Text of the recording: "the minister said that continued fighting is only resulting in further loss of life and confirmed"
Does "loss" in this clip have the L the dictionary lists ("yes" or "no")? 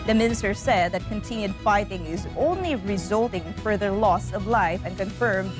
yes